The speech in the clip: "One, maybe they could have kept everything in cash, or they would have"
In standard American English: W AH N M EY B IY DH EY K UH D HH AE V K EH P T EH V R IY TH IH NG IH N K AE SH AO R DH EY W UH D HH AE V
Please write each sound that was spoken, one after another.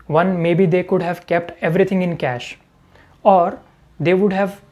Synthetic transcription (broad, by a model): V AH N M EY B IY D EY K UH D HH AE V K EH P T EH V R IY T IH NG IH N K AE SH AO R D EY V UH D HH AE V